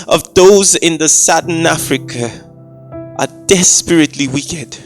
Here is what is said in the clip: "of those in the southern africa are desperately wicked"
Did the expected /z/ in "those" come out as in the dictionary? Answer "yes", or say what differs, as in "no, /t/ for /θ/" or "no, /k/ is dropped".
yes